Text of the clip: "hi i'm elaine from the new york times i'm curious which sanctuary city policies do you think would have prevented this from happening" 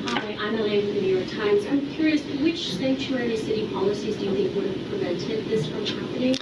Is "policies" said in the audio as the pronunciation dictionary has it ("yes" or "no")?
yes